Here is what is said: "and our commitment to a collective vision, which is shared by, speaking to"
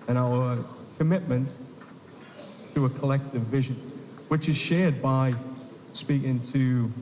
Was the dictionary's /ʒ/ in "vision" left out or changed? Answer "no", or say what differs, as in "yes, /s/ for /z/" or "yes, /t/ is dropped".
no